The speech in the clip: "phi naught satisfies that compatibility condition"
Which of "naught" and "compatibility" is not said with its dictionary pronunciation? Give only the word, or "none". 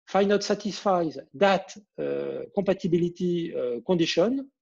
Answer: compatibility